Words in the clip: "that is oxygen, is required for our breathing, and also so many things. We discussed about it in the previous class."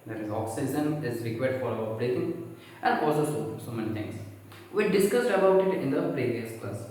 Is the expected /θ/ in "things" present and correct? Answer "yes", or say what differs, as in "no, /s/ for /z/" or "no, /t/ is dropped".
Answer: no, /t/ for /θ/